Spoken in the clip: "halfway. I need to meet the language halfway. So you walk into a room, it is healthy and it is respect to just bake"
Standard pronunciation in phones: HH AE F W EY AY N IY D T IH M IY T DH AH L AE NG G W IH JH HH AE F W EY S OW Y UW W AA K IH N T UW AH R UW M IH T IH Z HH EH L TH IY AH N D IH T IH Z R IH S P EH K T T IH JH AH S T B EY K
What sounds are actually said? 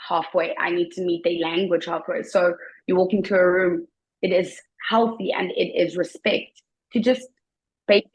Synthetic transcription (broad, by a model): HH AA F W EY AY N IY D T IH M IY T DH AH L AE NG G W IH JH HH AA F W EY S OW Y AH W AA K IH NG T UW AH R UW M IH T IH Z HH EH L TH IY AH N D IH T IH Z R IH S P EH K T T IH JH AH S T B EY